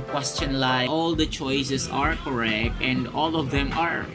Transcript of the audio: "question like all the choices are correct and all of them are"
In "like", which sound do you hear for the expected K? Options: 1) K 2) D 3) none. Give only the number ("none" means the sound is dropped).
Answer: 3